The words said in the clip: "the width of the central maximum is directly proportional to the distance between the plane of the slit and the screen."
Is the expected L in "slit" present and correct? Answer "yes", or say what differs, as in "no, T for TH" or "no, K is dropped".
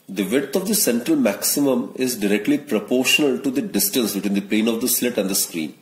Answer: yes